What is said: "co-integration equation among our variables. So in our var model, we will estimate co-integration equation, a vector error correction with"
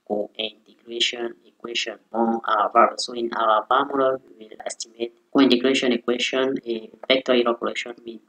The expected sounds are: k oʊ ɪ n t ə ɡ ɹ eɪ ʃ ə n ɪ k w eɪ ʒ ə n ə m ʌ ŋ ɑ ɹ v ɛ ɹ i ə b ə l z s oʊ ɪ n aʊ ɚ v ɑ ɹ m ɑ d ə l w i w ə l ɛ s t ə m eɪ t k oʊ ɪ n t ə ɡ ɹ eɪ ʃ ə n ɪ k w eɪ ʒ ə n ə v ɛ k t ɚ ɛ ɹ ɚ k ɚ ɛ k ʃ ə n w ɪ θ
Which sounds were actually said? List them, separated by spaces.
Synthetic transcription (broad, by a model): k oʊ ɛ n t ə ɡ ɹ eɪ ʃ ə n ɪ k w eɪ ʃ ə n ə ɑ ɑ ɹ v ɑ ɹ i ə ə s oʊ ɪ n aʊ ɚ p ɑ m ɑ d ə w i w ə l ɛ s t ə m eɪ t k oʊ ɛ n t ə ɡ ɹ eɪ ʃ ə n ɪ k w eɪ ʃ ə n ə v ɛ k t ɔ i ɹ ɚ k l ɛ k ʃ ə n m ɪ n